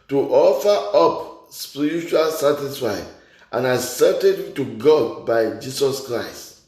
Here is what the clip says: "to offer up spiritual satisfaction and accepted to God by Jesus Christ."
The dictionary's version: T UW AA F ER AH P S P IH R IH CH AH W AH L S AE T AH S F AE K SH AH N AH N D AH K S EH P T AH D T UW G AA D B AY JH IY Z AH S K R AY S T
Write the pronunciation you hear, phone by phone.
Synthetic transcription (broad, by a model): T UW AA F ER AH P S P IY R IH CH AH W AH L S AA T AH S F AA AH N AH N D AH S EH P T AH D T UW G AA D B AY JH IY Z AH S K R AY S T